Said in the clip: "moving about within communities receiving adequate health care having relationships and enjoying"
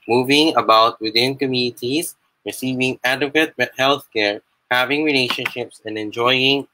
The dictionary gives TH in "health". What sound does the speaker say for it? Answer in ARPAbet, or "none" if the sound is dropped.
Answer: TH